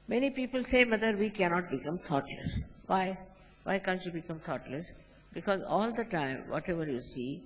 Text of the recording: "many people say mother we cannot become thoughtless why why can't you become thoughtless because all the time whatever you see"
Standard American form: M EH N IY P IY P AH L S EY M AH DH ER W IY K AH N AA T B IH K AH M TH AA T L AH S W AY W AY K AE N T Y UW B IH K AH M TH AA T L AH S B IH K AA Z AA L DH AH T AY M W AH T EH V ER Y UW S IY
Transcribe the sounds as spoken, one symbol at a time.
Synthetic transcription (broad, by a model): M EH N IY P IY P AH L S EY M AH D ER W IY K AH N AA T B IH K AH M T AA T L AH S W AY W AY K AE N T Y UW B IH K AH M T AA T L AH S B IH K AA Z AA L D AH T AY M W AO T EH V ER Y UW S IY